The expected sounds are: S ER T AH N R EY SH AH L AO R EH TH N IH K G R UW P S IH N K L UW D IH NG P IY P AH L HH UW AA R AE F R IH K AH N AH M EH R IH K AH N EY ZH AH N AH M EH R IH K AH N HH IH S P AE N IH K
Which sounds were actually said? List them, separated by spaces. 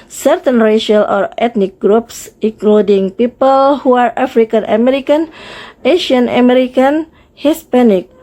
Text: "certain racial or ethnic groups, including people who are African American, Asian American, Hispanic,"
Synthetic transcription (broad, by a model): S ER T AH N R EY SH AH L AO R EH T N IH K G R UW P S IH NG K L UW D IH NG P IY P AH L HH UW AA R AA F R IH K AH N AH M EH R IH K AH N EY SH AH N AH M EH R IH K AH N HH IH S P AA N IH K